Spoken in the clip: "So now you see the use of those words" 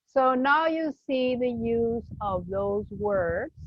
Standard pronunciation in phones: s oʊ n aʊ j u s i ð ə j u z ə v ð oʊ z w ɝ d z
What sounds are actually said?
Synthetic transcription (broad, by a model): s oʊ n aʊ j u s i ð ə j u z ə v ð oʊ z w ɝ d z